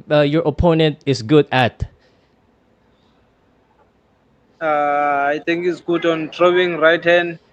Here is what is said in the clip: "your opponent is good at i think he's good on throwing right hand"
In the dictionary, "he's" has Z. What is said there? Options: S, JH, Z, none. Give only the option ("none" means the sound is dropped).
S